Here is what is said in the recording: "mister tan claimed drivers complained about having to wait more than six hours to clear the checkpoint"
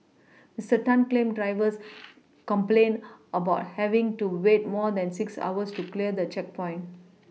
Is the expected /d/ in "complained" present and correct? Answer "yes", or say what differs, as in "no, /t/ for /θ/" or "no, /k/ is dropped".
no, /d/ is dropped